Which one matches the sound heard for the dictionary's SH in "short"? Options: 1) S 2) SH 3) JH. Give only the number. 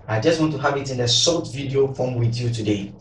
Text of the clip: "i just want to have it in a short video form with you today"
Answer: 1